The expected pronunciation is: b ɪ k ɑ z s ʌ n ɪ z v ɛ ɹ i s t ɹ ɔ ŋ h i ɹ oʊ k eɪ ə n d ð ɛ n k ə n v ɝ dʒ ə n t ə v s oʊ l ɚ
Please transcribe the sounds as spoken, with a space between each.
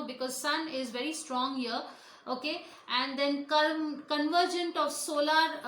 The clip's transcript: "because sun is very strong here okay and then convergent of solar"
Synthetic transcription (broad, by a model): b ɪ k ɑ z s ʌ n ɪ z v ɛ ɹ i s t ɹ ɔ ŋ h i ɹ oʊ k eɪ ə n d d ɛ n k ə n v ɝ dʒ ə n t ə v s oʊ l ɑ